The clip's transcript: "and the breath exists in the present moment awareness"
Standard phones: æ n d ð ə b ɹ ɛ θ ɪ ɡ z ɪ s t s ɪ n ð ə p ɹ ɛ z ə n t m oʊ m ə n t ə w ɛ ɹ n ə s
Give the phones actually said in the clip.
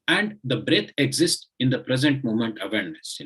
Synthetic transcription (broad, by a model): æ n d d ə b ɹ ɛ t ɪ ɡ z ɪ s t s ɪ n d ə p ɹ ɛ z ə n t m oʊ m ə n t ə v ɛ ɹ n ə s